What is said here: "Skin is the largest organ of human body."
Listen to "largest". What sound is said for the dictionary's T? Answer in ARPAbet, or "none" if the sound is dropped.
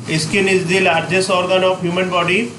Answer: none